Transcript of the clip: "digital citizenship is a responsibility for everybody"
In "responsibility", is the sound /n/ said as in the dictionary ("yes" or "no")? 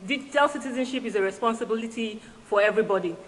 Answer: yes